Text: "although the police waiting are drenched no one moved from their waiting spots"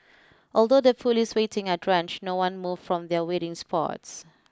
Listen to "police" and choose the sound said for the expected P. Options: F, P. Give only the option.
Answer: F